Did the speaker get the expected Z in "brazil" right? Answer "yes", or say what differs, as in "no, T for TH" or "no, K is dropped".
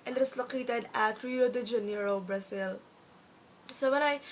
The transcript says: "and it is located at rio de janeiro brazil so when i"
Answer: no, S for Z